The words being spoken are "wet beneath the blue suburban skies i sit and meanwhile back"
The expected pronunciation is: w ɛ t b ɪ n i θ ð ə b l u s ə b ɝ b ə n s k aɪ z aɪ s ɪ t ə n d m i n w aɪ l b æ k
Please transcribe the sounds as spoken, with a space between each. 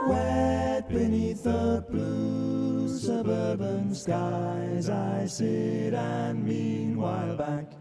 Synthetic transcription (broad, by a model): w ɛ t b ɪ n i θ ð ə b l u s ə b ɝ b ə n s k aɪ z aɪ s ɪ t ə n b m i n w aɪ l b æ k